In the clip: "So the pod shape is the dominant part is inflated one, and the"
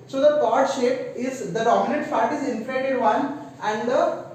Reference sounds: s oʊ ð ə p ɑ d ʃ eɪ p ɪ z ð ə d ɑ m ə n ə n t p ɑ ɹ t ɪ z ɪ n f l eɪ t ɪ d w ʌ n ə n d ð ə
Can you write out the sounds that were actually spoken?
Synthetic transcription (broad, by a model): s oʊ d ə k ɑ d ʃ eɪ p ɪ z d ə d ɑ m ə n ə n t f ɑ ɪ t ɪ z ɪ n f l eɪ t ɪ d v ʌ n ə n d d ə